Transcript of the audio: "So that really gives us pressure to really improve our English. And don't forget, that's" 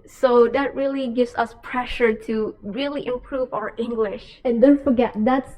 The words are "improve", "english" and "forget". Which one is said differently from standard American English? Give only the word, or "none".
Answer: none